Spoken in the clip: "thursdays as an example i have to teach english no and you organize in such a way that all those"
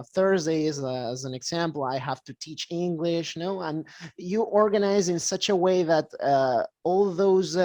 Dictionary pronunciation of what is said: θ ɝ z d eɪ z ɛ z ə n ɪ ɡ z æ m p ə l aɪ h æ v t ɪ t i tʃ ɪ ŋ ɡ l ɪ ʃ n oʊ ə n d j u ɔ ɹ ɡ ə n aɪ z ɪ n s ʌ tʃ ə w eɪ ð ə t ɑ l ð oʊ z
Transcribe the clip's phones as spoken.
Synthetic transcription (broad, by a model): θ ɝ z d eɪ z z ə n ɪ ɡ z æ m p l aɪ h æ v t ɪ t i tʃ ɪ ŋ ɡ l ɪ ʃ n oʊ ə n j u ɔ ɹ ɡ ə n aɪ z ɪ n s ʌ tʃ ə w eɪ ð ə t ɑ l ð oʊ z